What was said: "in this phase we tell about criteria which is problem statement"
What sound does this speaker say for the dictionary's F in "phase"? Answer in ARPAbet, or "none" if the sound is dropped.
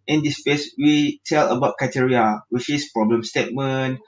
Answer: P